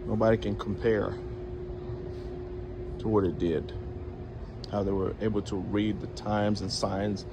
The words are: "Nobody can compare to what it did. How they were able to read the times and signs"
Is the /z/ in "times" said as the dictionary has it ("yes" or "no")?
yes